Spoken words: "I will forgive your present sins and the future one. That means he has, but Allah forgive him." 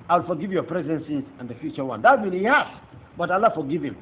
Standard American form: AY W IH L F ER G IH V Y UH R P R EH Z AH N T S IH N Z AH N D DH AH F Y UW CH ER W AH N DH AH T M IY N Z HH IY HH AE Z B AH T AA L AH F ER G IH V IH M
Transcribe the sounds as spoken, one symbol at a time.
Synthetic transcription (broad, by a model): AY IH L F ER G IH V Y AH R P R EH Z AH N S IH Z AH N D DH AH F Y UW CH ER W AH N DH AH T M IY N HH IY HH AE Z B AH T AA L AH F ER G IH V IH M